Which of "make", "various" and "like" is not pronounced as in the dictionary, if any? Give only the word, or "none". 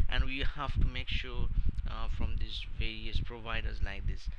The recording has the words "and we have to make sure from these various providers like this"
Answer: none